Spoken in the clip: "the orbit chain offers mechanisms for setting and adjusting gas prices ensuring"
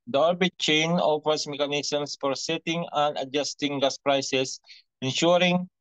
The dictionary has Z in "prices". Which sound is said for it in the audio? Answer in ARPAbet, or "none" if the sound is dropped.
S